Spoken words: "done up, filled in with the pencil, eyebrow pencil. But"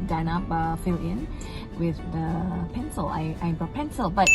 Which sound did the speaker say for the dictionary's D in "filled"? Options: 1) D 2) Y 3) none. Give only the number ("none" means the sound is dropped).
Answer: 3